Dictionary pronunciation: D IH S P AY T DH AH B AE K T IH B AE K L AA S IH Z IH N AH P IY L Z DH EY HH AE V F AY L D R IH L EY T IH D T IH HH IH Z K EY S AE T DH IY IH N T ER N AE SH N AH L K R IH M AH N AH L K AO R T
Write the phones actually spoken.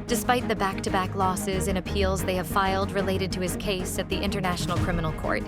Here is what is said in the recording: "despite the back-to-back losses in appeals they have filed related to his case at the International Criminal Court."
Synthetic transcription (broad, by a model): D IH S P AY T DH AH B AE K T IH B AE K L AA S IH Z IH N AH P IY L Z DH EY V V F AY L D R IH L EY T IH D T IH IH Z K EY S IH T DH IY IH N T ER N AE SH N L K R IH M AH N L K AO R T